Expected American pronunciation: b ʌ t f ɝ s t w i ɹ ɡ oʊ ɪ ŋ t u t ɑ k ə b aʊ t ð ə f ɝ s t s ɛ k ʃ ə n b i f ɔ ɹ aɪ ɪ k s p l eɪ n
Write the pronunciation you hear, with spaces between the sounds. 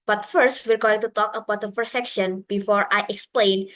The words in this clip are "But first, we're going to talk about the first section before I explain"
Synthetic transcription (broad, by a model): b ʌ t f ɝ s t w i ɹ ɡ oʊ ɪ ŋ t u t ɑ k ə b aʊ t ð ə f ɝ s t s ɛ k ʃ ə n b i f ɔ ɹ aɪ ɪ k s p l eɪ n